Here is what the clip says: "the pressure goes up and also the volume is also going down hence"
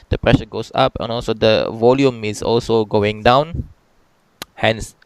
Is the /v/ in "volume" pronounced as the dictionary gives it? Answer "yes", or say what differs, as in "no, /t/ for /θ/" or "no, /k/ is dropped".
yes